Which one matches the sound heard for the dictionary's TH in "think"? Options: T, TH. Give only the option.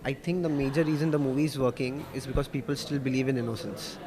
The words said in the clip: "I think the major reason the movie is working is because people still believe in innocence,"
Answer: T